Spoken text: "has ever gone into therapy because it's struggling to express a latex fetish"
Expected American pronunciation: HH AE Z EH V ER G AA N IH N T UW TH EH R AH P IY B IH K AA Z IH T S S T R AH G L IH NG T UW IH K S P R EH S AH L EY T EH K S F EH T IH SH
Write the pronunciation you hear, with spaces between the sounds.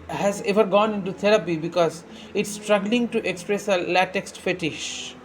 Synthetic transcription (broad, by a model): HH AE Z EH V ER G AA N IH N T UW T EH R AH P IY B IH K AA Z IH T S S T R AH G L IH NG T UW IH K S P R EH S AH L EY T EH K S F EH T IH SH